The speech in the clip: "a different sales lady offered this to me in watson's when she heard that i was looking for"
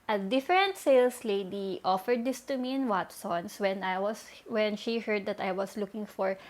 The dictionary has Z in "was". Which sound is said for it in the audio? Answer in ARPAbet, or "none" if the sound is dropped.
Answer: S